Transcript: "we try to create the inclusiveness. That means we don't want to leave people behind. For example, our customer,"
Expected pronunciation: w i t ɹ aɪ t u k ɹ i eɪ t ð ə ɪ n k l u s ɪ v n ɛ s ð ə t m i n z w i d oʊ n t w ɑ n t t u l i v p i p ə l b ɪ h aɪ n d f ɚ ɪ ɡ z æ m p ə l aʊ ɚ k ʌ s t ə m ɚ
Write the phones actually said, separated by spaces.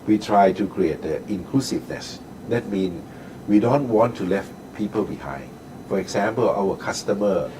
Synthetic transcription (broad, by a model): w i t ɹ aɪ t u k ɹ i eɪ t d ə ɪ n k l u s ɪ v n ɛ s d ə t m i n w i d oʊ n t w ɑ n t t u l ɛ f p i p ə l b ɪ h aɪ n d f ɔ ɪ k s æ m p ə l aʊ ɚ k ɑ s t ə m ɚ